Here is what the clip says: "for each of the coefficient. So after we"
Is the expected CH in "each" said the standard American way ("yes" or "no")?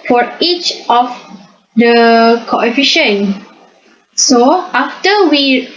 yes